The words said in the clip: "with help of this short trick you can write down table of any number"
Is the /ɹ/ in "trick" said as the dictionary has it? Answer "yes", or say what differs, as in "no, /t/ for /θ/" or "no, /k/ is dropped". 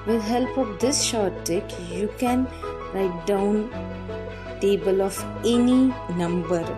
no, /ɹ/ is dropped